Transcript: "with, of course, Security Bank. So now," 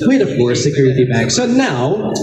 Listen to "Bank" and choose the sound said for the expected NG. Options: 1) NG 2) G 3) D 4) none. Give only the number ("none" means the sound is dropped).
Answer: 4